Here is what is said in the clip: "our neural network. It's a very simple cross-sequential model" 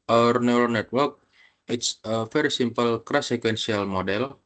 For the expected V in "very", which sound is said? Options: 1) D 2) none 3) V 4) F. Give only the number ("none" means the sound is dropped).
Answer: 4